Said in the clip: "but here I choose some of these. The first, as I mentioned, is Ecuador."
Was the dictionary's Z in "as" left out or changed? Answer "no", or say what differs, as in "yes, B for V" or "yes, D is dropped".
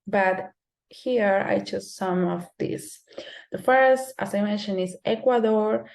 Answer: yes, S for Z